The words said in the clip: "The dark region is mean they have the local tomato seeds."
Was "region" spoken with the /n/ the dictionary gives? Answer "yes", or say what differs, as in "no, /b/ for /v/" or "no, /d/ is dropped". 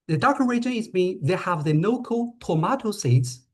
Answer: no, /n/ is dropped